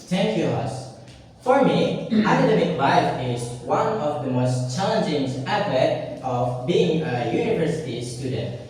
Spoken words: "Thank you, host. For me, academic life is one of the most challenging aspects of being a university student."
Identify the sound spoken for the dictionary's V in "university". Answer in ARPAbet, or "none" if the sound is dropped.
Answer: V